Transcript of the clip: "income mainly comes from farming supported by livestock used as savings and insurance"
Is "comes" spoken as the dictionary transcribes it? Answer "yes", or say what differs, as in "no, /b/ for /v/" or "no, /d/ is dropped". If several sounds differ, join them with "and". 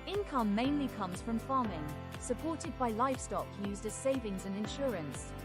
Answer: yes